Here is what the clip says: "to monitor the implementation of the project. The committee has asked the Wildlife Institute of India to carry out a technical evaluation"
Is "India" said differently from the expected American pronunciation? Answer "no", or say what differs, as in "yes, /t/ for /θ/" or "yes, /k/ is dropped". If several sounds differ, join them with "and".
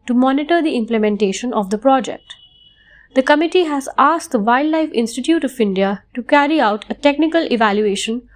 no